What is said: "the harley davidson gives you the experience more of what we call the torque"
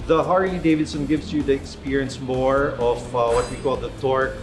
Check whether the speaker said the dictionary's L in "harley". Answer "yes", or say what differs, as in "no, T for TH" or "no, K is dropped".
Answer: no, L is dropped